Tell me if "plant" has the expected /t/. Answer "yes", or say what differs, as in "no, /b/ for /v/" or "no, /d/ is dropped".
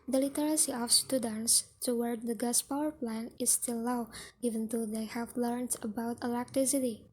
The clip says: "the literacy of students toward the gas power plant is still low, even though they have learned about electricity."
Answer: no, /t/ is dropped